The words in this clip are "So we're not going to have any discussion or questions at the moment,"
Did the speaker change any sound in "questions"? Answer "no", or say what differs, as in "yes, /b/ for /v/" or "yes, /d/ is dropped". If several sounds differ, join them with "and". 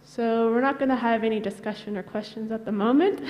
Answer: no